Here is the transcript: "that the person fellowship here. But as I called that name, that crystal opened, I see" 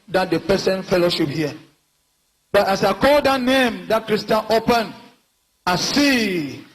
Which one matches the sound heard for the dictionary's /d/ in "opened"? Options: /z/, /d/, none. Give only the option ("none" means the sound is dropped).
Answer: none